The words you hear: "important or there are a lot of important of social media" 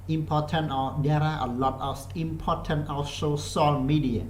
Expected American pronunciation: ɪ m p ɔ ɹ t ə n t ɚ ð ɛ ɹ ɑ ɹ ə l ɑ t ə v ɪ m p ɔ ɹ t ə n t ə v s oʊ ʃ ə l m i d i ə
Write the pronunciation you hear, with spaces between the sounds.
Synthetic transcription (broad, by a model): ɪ m p ɔ t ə n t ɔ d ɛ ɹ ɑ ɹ ə l ɑ t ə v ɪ m p ɔ t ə n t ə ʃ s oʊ s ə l m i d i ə